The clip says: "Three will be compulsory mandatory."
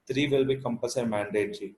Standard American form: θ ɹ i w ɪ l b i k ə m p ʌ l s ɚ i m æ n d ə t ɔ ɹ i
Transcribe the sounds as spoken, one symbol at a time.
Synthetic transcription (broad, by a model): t ɹ i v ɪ l b i k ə m p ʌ s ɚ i m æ n d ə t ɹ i